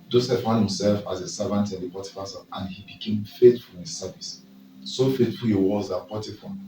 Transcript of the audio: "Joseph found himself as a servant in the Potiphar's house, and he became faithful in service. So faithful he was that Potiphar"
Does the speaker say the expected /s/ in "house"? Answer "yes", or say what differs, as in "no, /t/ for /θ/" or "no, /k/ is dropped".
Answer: no, /s/ is dropped